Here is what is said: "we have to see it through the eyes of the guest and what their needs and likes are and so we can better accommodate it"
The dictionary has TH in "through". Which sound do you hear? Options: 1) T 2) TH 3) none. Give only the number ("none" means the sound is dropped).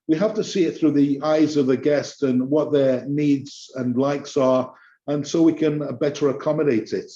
2